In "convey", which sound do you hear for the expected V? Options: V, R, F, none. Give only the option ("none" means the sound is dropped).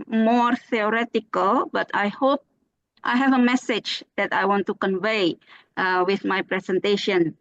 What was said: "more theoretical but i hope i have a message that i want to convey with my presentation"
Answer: V